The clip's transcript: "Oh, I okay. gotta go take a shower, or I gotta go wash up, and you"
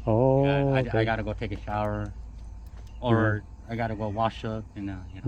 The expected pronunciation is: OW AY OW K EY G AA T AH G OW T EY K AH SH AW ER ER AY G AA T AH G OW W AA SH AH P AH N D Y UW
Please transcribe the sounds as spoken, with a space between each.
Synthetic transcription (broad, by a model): OW AY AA IH G AA T AH G OW T EY K AH SH AW ER ER AY G AA T AH G OW W AA SH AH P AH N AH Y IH